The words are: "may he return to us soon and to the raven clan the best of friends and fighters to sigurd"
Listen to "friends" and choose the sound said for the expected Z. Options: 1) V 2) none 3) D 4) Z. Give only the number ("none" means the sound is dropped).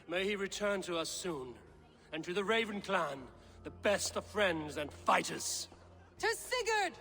4